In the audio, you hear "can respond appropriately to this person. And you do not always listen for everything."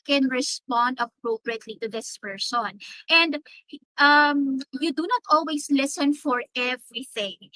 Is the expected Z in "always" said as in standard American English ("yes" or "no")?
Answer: no